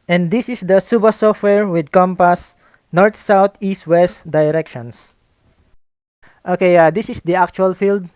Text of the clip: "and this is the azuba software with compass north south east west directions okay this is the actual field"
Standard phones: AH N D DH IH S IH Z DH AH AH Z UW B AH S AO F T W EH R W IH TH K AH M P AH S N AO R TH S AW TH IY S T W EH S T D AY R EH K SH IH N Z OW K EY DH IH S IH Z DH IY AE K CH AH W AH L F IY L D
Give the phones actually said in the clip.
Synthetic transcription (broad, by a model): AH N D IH S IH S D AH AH S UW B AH S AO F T W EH R W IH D K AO M P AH S N AO R T S AW T IY S T W EH S T D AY R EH K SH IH N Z OW K EY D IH S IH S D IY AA K CH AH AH L F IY L D